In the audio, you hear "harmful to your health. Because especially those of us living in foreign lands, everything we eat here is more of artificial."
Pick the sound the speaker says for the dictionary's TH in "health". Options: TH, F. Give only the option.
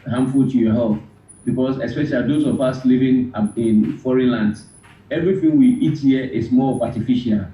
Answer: F